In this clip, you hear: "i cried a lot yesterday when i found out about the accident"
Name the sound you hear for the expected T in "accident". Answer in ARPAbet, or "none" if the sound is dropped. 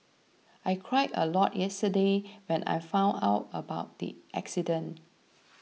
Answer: none